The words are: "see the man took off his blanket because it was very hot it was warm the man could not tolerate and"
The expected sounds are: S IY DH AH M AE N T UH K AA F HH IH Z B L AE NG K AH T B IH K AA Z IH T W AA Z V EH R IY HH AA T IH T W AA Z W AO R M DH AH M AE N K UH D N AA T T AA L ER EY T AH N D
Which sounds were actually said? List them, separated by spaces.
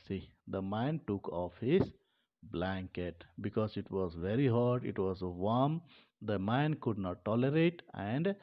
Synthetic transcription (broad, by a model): S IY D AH M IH N T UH K AA F HH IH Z B L AE NG K AH T B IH K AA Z IH T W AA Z V EH R IY HH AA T IH T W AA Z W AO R M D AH M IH N K UH D N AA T T AA L ER EY T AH N D